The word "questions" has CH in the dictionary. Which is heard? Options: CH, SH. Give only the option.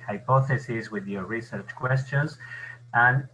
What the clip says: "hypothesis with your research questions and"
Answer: CH